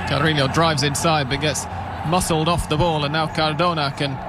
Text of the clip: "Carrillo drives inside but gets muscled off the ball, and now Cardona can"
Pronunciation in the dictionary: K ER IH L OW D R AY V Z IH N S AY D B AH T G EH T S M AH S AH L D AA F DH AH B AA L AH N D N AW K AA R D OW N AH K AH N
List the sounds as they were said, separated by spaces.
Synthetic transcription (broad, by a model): K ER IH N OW D R AY V Z IH N S AY D B AH T G EH T S M AH S L D AA F DH AH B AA L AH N N AW K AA R D OW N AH K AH N